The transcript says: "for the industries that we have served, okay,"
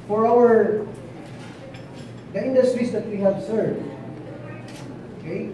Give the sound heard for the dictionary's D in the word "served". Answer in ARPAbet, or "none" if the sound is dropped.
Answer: none